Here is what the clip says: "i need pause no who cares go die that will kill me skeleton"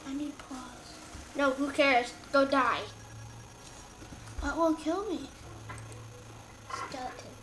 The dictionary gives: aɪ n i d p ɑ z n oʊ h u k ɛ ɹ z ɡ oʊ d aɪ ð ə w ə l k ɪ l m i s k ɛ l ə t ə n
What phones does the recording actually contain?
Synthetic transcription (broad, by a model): aɪ n i d p ɑ z n oʊ h u k ɛ ɹ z ɡ oʊ d aɪ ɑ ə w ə n k ɪ l m i s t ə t